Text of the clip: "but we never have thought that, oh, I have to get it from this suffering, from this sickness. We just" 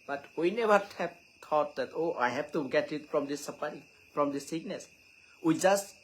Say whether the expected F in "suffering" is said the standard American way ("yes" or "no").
no